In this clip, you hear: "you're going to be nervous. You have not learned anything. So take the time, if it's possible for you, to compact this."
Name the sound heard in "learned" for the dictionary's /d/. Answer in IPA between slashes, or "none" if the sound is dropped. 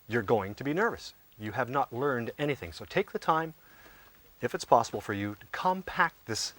/d/